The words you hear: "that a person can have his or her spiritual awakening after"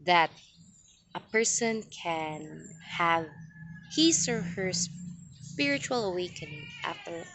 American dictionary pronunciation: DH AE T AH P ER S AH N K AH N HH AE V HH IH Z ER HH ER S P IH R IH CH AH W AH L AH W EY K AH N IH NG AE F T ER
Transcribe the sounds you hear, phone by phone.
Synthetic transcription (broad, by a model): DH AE T AH P ER S AH N K AH N HH AE V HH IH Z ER HH ER S P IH R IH CH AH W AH L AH W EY K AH N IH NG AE F T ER